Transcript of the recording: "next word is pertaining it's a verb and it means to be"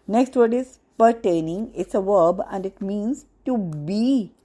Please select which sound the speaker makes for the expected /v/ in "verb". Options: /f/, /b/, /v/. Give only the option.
/v/